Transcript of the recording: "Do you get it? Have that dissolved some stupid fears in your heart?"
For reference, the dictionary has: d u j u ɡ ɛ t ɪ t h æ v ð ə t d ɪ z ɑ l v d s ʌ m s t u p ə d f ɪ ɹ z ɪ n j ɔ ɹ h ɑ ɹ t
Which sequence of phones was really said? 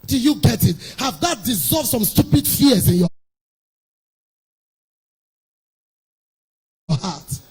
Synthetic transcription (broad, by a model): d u j u ɡ ɛ t ɪ t h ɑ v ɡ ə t d ɪ z ɑ l v d s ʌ m s t u p ə d f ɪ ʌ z ɪ n j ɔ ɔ h ɑ t